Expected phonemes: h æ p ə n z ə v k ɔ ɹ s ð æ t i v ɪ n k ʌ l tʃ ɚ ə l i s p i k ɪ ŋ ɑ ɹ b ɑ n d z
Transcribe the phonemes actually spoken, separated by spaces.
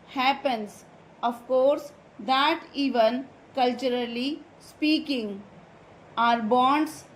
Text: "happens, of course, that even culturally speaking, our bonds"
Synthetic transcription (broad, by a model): h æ p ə n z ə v k ɔ ɹ s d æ t i v ɪ n k ʌ l tʃ ɚ ə l i s p i k ɪ ŋ ɑ ɹ b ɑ n d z